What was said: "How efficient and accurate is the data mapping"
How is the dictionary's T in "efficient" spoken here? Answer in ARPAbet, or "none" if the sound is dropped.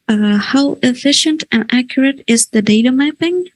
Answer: T